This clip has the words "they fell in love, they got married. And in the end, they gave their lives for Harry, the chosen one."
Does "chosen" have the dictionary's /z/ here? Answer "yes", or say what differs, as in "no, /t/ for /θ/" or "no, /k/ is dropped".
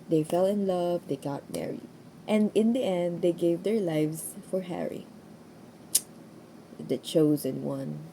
yes